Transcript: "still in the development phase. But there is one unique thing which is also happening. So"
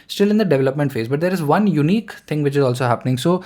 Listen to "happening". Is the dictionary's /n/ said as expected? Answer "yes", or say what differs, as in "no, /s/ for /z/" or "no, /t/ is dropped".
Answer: yes